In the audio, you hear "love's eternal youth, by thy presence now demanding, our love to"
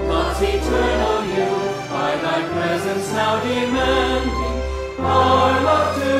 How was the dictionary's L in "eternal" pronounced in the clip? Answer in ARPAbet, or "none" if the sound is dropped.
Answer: N